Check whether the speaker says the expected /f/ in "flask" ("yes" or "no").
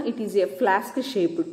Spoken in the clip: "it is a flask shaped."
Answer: yes